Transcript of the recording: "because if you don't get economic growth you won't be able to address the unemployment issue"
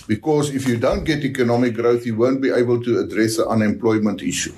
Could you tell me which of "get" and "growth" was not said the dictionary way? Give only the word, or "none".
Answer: none